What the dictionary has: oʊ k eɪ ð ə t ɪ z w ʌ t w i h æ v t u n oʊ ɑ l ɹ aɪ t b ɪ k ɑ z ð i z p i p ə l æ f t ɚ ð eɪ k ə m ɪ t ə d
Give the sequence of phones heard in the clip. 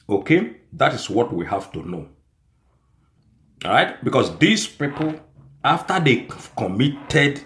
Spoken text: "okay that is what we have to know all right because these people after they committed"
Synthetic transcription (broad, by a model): oʊ k eɪ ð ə t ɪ s w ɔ t w i h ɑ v t u n oʊ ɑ ɹ aɪ t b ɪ k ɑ s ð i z p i p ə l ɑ f t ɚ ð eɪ k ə m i t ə d